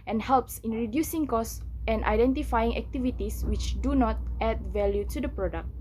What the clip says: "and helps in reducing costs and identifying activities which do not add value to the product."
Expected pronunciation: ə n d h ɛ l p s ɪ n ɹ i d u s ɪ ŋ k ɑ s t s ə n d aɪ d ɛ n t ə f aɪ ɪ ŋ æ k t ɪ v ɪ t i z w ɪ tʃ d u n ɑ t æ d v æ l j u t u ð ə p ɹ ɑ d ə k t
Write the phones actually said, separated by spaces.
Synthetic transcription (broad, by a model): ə n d h ɛ l p s ɪ n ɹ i d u s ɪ ŋ k ɑ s s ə n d aɪ d ɛ n t ə f aɪ ɪ ŋ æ k t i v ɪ t i s w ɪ tʃ d u n ɑ t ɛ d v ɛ l j u t u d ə p ɹ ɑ d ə k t